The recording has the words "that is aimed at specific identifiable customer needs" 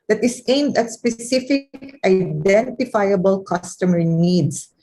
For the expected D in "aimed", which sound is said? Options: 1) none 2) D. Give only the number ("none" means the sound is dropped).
2